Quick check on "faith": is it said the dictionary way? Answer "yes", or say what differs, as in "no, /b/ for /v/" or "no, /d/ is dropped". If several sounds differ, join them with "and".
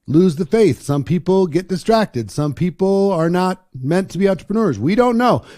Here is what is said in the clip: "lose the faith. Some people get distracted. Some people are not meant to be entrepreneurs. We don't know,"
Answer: yes